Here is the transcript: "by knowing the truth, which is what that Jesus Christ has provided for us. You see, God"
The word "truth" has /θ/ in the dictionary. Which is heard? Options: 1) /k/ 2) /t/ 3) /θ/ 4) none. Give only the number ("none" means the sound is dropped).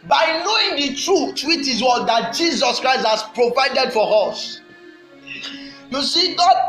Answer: 2